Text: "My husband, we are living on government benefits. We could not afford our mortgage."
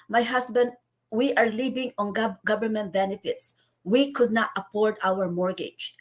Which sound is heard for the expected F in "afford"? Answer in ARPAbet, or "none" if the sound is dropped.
P